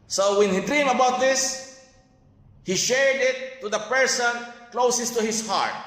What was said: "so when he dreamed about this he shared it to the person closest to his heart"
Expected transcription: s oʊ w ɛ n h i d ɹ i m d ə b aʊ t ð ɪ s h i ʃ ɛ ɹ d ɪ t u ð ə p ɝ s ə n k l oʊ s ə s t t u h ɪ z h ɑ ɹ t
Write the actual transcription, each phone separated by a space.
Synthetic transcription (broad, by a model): s oʊ w ɛ n h i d ɹ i m ə b aʊ t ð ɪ s h i ʃ ɛ ɹ d ɪ t u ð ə p ɝ s ə n k l oʊ s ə s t t u h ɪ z h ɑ ɹ t